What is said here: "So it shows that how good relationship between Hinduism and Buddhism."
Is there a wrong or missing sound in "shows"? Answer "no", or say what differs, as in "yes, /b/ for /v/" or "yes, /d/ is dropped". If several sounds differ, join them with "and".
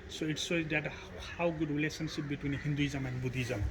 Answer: yes, /s/ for /ʃ/